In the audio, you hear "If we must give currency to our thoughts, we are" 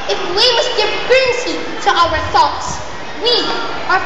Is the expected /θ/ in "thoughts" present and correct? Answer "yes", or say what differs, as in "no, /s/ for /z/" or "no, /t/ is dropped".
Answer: yes